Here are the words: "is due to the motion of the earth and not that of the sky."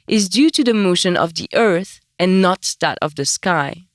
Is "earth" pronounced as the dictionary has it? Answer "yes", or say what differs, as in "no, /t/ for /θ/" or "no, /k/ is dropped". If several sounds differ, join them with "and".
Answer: yes